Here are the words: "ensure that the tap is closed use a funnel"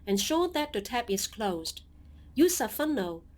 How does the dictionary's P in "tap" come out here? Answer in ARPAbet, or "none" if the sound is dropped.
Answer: P